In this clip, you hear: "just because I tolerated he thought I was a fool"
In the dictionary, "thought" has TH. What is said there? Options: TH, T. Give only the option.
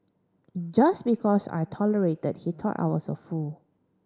T